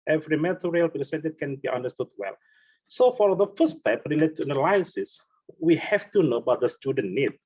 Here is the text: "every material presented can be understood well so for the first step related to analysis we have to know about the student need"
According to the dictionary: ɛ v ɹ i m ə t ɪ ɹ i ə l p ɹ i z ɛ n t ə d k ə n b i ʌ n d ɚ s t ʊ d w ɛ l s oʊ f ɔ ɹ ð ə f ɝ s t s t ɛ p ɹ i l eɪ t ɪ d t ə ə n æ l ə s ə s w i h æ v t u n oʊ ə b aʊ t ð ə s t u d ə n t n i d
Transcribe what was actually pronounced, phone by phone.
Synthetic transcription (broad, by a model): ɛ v ɹ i m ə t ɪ ɹ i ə l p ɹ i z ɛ n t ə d k ə n b i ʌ n d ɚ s t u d w ɛ l s oʊ f ɔ ɹ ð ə f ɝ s s t ɛ p ɹ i l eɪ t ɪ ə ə l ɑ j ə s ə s w i h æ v t u n oʊ ə b aʊ t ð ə s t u d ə n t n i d